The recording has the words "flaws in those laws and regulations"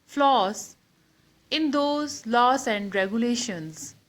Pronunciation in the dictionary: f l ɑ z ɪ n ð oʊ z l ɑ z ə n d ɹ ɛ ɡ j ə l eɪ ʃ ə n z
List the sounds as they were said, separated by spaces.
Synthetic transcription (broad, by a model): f l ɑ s ɪ n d oʊ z l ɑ s ə n d ɹ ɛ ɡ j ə l eɪ ʃ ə n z